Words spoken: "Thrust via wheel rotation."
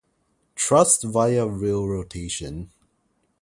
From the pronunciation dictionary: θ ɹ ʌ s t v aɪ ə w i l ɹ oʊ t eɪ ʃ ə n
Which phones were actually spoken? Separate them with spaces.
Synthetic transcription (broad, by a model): t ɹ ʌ s t v aɪ ə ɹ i l ɹ oʊ t eɪ ʃ ə n